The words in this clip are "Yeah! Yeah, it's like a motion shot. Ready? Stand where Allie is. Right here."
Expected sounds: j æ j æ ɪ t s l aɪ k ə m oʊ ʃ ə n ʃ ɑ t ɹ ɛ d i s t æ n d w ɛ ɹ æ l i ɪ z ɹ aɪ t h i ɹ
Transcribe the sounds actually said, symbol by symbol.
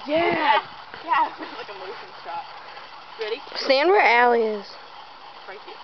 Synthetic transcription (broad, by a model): j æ j æ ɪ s l aɪ k ə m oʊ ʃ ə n s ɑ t ɹ ɛ d i s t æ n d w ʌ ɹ æ l i ɪ z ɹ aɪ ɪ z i